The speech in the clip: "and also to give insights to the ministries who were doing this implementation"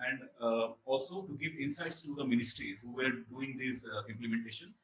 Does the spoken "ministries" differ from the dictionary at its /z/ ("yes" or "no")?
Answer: yes